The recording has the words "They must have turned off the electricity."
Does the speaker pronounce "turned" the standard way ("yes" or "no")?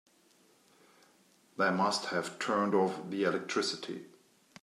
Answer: yes